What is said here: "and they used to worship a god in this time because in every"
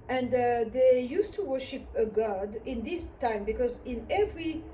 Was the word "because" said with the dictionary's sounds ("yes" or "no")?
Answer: yes